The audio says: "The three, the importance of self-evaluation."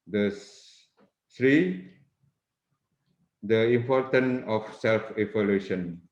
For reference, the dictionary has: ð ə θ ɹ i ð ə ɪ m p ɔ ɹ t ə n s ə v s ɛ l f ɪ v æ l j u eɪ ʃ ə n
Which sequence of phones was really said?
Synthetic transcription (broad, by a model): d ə t ɹ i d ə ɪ m p ɔ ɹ t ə n ə f s ɛ l f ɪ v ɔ l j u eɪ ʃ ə n